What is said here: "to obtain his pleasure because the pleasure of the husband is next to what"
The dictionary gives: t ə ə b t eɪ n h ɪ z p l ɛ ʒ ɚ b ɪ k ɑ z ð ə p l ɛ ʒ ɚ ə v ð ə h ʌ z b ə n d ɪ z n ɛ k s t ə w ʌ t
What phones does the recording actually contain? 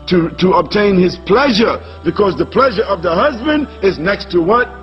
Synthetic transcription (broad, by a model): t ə ə b t eɪ n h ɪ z p l ɛ ʒ ɚ b ɪ k ɑ z ð ə p l ɛ ʒ ɚ ə v ð ə h ʌ z b ə n d ɪ z n ɛ k s t ə w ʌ t